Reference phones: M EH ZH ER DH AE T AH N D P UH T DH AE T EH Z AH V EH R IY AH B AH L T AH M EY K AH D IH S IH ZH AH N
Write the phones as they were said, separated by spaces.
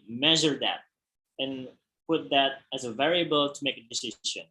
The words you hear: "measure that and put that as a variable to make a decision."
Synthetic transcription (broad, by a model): M EH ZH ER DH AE T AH N P UH T DH AE T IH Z AH V EH R IY AH B AH L T AH M EY K AH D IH S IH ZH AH N